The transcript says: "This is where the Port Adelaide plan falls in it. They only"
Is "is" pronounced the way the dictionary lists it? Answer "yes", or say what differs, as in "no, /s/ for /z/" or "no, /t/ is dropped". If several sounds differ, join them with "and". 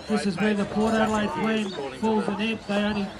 yes